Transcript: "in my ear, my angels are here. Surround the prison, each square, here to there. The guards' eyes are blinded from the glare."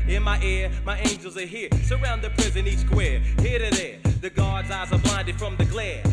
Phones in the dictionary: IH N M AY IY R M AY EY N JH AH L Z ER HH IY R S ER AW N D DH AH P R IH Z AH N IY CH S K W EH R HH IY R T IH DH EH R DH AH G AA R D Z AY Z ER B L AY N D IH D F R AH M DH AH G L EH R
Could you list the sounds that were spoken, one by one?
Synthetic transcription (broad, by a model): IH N M AY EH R M AY EY N JH AH L Z ER HH IY R S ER AW N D DH AH P R IH Z AH N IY S K W EH R HH IY R T IH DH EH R DH AH G AA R D Z AY Z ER B L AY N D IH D F R AH M DH AH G L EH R